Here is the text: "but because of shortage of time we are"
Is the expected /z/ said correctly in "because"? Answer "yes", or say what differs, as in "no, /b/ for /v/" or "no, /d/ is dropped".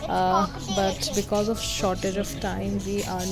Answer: yes